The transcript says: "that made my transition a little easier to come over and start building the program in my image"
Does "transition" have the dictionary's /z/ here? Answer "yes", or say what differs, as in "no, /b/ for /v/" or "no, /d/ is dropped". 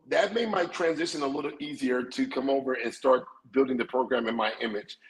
yes